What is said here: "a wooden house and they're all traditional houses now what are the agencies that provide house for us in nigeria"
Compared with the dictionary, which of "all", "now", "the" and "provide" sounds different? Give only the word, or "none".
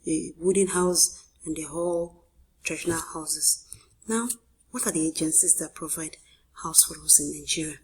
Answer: none